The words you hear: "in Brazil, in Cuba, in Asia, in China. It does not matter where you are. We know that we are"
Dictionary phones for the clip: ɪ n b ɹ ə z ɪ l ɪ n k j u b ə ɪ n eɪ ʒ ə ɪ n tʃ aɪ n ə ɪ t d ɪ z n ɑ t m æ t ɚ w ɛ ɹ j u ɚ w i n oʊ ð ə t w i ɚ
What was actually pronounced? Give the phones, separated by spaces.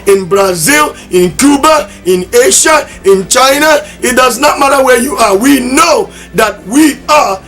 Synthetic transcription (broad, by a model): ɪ n b ɹ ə z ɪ l ɪ n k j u b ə ɪ n eɪ ʃ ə ɪ n tʃ aɪ n ə ɪ t d ɪ z n ɑ t m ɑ t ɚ w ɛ j u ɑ w i n oʊ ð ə t w i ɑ